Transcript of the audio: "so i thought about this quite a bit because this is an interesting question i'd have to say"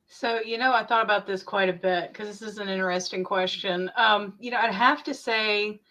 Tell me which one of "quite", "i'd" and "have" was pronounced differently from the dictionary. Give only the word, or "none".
have